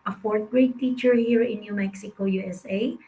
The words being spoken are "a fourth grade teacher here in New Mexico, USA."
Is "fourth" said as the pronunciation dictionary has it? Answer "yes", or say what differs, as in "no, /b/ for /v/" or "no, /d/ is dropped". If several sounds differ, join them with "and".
no, /t/ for /θ/